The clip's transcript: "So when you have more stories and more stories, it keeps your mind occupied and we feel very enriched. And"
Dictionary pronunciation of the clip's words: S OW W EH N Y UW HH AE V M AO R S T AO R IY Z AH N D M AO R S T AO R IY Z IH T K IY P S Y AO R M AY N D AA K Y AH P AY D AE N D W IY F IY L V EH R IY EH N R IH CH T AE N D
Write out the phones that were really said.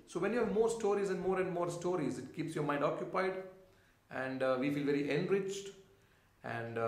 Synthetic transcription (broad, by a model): S OW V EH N Y UW HH AE V M AO R S T AO R IY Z AH N D M AO R S T AO R IY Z IH T K IY P S Y AO R M AY N D AA K Y AH P AY D AE N D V IY F IY L V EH R IY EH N R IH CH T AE N D